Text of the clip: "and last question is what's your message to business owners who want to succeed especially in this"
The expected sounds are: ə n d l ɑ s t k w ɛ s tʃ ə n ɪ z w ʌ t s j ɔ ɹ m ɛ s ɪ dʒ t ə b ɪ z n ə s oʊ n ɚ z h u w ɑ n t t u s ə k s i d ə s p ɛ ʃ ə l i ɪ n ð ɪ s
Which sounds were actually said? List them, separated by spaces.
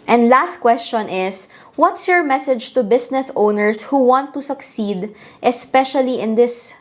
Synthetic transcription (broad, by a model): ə n d l ɑ s t k w ɛ s tʃ ə n ɪ s w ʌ t s j ɔ ɹ m ɛ s ɪ dʒ t ə b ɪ s n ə s oʊ n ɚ s h u w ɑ n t t u s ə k s i d ə s p ɛ ʃ ə l i ɪ n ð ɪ s